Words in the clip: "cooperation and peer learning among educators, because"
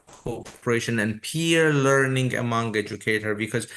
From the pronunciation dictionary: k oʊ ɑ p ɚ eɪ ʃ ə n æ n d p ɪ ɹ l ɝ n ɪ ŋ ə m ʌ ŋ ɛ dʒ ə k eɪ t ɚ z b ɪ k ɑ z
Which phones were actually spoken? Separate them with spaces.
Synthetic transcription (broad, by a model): k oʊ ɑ p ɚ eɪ ʃ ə n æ n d p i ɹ l ɝ n ɪ ŋ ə m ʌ ŋ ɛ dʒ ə k eɪ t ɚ b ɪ k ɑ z